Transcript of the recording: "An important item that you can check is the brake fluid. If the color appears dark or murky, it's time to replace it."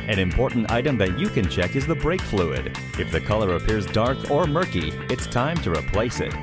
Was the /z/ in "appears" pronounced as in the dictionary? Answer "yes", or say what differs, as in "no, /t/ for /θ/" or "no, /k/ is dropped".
yes